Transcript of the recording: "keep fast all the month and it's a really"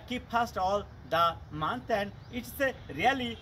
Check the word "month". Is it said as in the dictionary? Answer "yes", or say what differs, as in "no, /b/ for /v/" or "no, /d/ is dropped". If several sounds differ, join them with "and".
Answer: no, /t/ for /θ/